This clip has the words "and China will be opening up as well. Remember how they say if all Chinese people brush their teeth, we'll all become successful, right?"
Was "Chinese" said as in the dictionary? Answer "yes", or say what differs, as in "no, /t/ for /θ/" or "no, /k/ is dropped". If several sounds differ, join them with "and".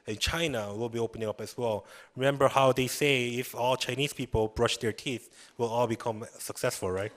no, /s/ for /z/